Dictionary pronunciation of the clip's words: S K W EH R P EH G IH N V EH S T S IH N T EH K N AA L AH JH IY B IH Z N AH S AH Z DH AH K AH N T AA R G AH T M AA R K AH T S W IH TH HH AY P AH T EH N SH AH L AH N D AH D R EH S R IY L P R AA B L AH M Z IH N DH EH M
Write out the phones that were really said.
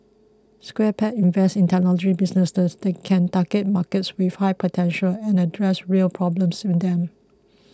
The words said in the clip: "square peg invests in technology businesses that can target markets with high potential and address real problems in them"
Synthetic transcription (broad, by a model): S K W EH P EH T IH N V EH S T IH N T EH N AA L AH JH IY B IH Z N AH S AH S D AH K AH N T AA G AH T M AA K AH T S W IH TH HH AY P AH T EH N SH AH L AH N AH D R EH S R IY L P R AA B L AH M S IH N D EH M